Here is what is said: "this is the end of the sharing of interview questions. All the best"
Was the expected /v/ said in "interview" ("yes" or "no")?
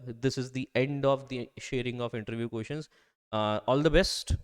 yes